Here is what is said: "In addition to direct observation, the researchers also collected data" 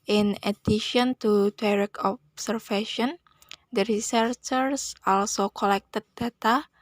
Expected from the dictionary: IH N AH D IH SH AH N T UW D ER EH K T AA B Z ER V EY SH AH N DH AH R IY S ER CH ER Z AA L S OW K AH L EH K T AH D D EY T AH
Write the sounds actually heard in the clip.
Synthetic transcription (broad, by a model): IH N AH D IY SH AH N T UW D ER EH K AA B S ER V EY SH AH N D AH R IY S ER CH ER S AA L S OW K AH L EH K T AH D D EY T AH